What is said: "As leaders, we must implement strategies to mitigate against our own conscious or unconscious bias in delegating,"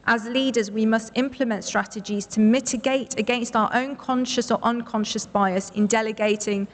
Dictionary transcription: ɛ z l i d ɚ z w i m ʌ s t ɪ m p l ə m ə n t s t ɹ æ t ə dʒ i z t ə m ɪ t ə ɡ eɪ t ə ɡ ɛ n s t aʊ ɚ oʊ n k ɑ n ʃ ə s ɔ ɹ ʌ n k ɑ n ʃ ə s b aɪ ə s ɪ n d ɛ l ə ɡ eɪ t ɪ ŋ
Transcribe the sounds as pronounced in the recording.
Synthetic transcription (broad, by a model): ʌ z l i d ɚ z w i m ʌ s t ɪ m p l ə m ə n t s t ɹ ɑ t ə dʒ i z t ə m ɪ t ə ɡ eɪ t ə ɡ ɛ n s t aʊ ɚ oʊ n k ɑ n ʃ ə s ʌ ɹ ʌ n k ɑ n ʃ ə s b aɪ ə s ɪ n d ɛ l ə ɡ eɪ t ɪ ŋ